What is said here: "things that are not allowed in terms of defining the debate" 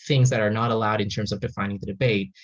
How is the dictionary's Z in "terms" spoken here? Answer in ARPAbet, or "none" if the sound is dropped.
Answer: Z